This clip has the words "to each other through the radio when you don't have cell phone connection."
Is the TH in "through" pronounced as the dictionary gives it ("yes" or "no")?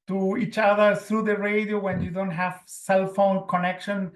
no